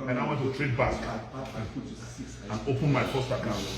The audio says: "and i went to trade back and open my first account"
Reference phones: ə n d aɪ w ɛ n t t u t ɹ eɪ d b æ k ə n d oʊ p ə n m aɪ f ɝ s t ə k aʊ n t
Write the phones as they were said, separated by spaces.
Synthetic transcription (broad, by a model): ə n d aɪ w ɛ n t t u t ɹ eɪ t b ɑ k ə n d oʊ p ə n m aɪ p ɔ s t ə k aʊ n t